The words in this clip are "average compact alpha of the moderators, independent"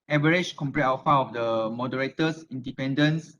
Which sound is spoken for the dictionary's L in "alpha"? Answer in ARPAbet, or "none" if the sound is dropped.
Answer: none